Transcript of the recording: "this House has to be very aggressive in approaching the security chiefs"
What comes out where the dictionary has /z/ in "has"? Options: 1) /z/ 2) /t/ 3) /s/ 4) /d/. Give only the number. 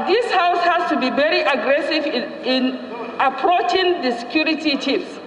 3